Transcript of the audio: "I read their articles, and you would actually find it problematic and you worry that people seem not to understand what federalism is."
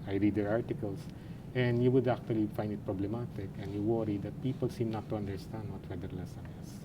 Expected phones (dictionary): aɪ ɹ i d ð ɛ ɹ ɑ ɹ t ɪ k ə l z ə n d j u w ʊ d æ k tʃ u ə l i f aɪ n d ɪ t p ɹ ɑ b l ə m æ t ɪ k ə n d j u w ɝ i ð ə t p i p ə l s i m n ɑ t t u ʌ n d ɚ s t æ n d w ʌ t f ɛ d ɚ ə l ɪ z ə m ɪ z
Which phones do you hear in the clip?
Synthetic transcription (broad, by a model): aɪ ɹ i d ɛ ɹ ɑ ɹ t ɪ k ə l s ə n d j u w ʊ d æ k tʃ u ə l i f aɪ n d ɪ t p ɹ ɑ b l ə m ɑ t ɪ k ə n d j u w ɝ i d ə t p i p ə l s i m n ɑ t t u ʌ n d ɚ s t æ n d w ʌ t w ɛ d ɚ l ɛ s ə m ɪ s